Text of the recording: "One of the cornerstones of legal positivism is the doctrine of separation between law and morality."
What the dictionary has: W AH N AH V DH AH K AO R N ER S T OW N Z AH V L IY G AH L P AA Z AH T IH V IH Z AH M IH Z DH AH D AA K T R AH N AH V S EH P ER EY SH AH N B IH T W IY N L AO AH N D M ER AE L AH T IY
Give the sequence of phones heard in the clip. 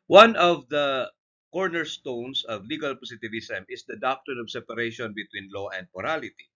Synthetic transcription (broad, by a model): W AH N AH V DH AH K AO R N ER S T OW N S AH V L IY G AH L P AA S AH T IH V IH S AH M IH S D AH D AA K T R AH N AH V S EH P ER EY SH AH N B IH T W IY N L AO AH N D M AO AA L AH T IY